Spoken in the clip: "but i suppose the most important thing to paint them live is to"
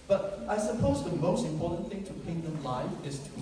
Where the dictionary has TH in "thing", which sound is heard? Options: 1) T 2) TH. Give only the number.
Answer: 2